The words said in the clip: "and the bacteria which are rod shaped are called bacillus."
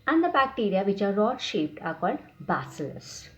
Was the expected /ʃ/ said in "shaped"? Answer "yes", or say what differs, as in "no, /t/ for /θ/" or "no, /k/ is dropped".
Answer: yes